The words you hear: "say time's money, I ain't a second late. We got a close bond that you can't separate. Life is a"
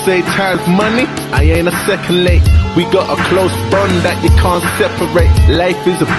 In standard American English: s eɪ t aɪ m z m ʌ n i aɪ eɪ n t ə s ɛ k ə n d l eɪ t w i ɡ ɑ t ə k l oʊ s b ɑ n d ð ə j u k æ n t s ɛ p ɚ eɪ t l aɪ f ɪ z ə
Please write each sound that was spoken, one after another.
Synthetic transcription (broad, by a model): s eɪ t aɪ z m ʌ n i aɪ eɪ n ə s ɛ k ə n d l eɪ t w i ɡ ɑ t ə k l oʊ s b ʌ n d ð ə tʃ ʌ k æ n t s ɛ p ɚ eɪ t l aɪ f ɪ z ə